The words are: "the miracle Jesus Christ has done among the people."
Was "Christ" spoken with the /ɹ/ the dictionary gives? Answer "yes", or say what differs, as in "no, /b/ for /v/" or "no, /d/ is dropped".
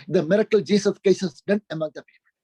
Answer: no, /ɹ/ is dropped